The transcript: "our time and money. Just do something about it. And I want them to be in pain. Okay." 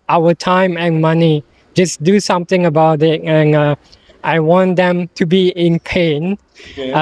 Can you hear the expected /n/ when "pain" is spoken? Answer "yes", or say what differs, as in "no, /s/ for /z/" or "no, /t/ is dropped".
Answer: yes